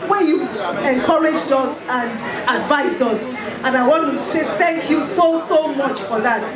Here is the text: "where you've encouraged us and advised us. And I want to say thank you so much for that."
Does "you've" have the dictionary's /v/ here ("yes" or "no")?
yes